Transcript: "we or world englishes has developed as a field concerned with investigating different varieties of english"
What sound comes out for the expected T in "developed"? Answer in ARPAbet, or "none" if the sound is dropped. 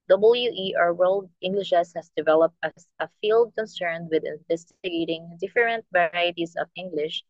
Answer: T